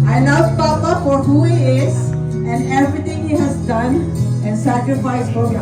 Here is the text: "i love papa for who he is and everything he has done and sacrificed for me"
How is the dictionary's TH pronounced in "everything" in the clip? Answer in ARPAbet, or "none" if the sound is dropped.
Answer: T